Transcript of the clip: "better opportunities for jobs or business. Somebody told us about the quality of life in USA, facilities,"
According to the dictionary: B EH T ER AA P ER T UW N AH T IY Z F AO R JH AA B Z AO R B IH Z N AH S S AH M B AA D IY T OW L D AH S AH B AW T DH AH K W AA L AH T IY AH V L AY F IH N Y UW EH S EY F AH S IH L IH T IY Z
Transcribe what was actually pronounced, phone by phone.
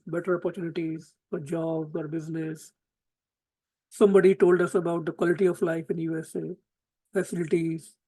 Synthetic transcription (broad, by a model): B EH T ER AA P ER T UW N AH T IY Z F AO R JH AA B AO R B IH Z N AH S S AH M B AA D IY T OW L D AH S AH B AW T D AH K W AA L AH T IY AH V L AY F IH N Y UW EH S EY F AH S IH L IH T IY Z